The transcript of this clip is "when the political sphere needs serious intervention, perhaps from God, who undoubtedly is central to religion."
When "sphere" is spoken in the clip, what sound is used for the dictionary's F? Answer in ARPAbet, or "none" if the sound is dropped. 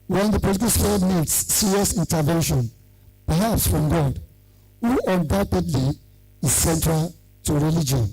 none